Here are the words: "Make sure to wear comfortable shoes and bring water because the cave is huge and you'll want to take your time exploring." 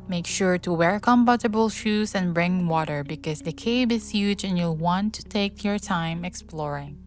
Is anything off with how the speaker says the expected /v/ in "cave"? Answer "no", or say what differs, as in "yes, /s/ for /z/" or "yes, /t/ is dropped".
yes, /b/ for /v/